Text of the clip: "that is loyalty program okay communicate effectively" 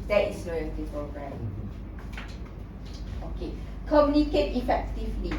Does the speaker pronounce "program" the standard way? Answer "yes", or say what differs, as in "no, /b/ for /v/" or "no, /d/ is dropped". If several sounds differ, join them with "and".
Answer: no, /m/ is dropped